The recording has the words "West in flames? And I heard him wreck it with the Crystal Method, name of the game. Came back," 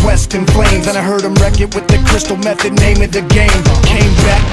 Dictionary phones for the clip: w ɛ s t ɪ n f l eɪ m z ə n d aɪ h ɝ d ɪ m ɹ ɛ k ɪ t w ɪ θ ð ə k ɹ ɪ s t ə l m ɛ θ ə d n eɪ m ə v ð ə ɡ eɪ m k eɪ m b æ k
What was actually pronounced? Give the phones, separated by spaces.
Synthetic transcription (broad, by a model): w ɛ s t ɪ n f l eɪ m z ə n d aɪ h ɝ d ɪ m ɹ ɛ k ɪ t w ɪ ð ə k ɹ ɪ s t l m ɛ θ ə d n eɪ m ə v ð ə ɡ eɪ m k eɪ m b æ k